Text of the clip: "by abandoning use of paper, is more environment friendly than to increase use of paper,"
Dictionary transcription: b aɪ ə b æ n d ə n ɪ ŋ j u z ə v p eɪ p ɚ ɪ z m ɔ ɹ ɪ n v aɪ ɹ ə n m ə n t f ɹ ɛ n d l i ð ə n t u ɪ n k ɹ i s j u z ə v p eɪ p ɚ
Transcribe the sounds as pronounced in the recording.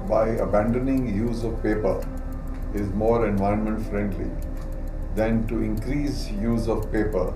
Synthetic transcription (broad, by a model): b aɪ ə b æ n d ə n ɪ ŋ j u z ə v p eɪ p ɚ ɪ z m ɔ ɹ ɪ n v aɪ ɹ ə n m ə n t f ɹ ɛ n d l i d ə n t u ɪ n k ɹ i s j u z ə v p eɪ p ɚ